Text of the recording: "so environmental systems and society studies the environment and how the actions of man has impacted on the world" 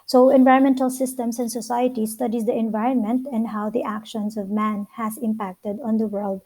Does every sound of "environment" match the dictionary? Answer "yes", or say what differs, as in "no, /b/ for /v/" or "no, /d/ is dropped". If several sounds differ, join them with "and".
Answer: yes